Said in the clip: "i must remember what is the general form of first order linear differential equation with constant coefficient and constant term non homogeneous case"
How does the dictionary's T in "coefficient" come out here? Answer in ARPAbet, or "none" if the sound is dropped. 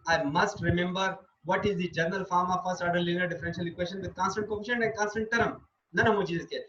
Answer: none